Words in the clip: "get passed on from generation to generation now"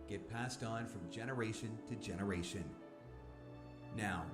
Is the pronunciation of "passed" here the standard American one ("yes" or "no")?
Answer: yes